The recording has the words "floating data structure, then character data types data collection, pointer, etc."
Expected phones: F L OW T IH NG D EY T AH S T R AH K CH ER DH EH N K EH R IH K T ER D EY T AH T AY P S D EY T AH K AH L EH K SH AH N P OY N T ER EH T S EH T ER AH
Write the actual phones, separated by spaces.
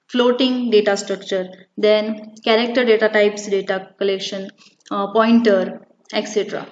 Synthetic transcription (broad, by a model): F L OW T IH NG D EY T AH S T R AH K CH ER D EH N K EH R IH K T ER D EY T AH T AY P S D EY T AH K AH L EH K SH AH N P OY N T ER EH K S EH T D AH